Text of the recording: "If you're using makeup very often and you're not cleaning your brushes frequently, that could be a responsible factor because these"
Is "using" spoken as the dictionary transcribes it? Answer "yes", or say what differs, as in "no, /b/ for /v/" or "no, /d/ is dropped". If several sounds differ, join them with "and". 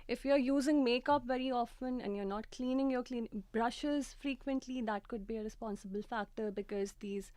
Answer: yes